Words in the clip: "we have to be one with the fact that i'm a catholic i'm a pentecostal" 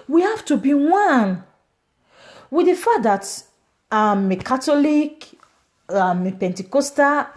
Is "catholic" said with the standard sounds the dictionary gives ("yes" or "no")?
no